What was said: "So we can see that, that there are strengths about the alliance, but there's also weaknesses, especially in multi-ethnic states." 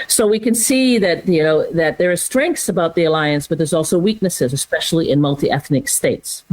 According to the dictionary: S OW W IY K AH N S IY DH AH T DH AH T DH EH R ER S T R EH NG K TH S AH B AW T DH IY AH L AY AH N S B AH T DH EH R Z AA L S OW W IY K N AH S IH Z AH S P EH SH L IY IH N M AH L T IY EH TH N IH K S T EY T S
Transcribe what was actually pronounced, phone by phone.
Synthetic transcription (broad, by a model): S OW W IY K AH N S IY DH AH T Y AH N DH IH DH ER S T R EH NG K TH S AH B AW T DH IY AH L AY AH N S B AH T DH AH R Z AA L S OW W IY K N AH S IH Z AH S P EH SH L IY IH N M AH L T IY EH TH N IH K S T EY T S